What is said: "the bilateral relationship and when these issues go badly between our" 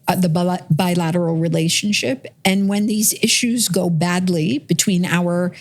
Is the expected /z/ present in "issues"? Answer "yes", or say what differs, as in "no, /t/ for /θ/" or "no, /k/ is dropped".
yes